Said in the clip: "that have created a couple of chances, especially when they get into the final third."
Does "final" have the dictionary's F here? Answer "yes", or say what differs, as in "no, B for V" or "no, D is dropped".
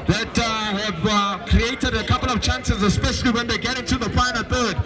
no, P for F